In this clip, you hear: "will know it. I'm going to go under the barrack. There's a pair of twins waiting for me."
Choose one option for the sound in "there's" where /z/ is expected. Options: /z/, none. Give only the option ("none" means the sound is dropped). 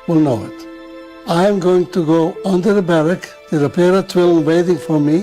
none